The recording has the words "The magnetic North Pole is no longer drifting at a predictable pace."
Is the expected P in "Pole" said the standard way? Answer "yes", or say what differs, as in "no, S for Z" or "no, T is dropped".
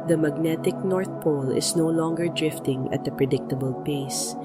yes